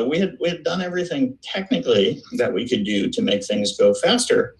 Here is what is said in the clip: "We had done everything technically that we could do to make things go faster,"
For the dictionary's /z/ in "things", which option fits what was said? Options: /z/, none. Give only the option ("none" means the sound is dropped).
/z/